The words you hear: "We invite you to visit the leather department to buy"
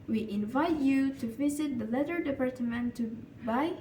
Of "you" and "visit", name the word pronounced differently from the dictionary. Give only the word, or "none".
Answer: none